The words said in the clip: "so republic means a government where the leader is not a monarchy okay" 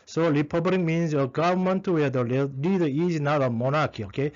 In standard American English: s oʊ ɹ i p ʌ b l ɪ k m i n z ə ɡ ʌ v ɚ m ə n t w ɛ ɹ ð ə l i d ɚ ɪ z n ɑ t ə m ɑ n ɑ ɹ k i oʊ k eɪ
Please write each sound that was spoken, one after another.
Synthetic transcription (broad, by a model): s oʊ l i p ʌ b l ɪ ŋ m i n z ə ɡ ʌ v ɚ m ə n t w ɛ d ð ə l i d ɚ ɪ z n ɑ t ə m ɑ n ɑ k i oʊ k eɪ